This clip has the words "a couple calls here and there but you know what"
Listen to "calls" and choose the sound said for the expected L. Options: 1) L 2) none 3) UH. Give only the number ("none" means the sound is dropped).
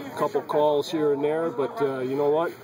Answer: 1